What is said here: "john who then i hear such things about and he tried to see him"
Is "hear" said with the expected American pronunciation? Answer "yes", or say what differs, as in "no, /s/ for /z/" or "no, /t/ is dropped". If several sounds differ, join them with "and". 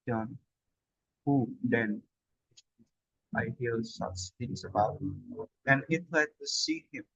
no, /l/ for /ɹ/